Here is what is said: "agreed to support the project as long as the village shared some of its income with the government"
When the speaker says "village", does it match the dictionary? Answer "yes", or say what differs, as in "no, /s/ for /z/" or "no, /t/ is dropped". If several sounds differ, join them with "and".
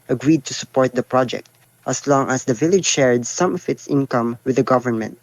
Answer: yes